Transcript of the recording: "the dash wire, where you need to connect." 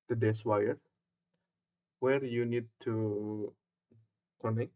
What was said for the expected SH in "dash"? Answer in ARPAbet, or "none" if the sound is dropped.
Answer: S